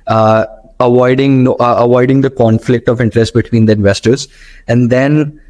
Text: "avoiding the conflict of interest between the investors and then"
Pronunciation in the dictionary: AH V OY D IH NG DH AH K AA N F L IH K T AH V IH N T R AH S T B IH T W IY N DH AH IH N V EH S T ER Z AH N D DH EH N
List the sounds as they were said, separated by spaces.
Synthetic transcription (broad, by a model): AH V OY D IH NG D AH K AA N F L IH K T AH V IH N T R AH S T B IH T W IY N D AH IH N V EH S T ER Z AH N D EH N